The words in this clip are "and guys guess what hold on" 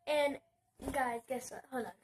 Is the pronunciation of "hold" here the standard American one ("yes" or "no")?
no